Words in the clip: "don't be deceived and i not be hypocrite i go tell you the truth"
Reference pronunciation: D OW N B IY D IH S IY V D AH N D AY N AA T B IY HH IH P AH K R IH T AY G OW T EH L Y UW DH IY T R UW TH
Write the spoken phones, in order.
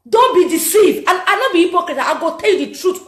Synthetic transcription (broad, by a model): D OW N B IY D IH S IY V D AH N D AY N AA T B IY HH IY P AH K IH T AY G OW T EH L Y UW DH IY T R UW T